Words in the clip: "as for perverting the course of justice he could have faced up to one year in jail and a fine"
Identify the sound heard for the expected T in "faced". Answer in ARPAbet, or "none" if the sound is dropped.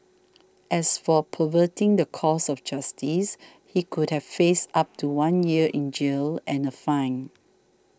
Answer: none